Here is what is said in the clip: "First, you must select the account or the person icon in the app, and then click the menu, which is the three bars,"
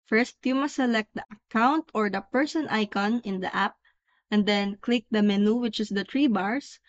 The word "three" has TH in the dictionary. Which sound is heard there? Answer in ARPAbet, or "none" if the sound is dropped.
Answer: T